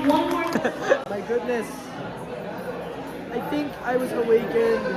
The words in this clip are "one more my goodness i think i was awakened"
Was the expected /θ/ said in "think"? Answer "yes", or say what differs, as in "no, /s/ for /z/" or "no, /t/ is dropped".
yes